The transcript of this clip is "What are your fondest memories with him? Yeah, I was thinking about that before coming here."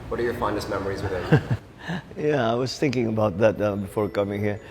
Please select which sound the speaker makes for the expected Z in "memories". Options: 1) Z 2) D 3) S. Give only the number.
1